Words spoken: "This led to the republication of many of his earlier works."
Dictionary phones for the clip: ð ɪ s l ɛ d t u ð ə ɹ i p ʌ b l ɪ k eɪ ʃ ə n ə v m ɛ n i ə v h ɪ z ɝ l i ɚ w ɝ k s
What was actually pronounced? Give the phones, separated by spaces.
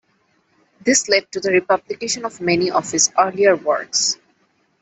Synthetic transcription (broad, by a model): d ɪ s l ɛ d t u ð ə ɹ i p ʌ b l ɪ k eɪ ʃ ə n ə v m ɛ n i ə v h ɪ s ɝ l i ɚ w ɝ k s